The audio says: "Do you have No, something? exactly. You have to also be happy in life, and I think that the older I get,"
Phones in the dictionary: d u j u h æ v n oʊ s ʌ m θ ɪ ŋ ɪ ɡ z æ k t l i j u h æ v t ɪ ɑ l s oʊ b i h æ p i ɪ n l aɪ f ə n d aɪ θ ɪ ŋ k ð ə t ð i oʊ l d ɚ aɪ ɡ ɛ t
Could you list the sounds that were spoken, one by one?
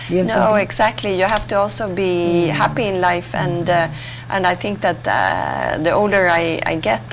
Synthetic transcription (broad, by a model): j n oʊ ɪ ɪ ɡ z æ k t l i j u h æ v t ɪ ɑ l s oʊ b i h æ p i ɪ n l aɪ f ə n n aɪ θ ɪ ŋ k ð ə t ð i oʊ l d ɚ aɪ ɡ ɛ t